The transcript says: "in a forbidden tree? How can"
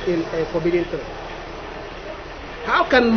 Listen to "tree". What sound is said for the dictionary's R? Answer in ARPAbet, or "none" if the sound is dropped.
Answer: none